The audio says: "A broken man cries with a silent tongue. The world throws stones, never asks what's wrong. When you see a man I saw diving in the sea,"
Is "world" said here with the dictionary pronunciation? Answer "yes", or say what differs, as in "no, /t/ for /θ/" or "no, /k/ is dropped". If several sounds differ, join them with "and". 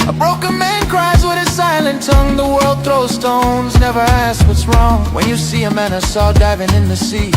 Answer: yes